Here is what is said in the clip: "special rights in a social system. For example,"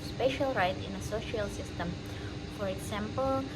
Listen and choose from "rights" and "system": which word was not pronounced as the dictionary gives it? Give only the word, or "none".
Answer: rights